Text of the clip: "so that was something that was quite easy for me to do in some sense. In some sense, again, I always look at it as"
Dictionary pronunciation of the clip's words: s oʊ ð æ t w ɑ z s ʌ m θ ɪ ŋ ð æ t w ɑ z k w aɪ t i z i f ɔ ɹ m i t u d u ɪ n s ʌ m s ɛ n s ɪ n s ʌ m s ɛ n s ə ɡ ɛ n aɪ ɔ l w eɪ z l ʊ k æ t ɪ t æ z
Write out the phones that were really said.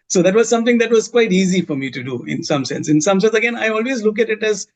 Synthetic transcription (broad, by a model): s oʊ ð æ t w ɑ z s ʌ m t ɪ ŋ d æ t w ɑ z k w aɪ t i z i f ɔ ɹ m i t u d u ɪ n s ʌ m s ɛ n s ɪ n s ʌ m s ɛ n s ə ɡ ɛ n aɪ ɔ l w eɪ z l ʊ k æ t ɪ t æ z